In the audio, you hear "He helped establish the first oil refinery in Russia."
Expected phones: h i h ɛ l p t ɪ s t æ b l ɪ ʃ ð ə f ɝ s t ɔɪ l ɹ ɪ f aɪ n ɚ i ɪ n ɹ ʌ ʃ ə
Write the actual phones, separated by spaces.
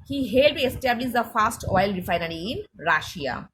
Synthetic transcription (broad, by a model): h i h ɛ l t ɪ s t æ b l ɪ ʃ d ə f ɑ s t ɔɪ l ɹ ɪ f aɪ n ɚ i ɪ n ɹ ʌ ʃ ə